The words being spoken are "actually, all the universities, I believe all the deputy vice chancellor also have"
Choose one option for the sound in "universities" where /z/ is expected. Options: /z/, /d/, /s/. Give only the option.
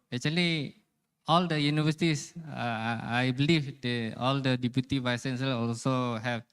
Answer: /s/